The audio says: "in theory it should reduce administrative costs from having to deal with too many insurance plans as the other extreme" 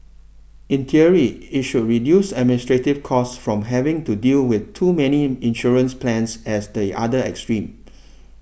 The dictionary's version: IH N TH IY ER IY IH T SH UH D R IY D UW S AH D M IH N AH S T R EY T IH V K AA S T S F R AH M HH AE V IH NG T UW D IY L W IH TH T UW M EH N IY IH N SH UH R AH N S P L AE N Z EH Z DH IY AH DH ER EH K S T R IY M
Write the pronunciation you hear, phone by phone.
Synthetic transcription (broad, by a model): IH N T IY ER IY IH T SH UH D R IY D UW S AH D M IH N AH S T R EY T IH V K AA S S F R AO M HH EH V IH NG T UW D IY L W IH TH T UW M EH N IY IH N SH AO R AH N S P L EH N S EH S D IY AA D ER EH K S T R IY M